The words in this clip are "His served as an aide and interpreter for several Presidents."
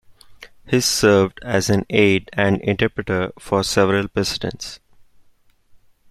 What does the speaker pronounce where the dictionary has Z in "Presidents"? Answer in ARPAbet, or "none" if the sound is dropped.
S